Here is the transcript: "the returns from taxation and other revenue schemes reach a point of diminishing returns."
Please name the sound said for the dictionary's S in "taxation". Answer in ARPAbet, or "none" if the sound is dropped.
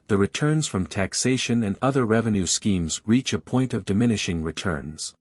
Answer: S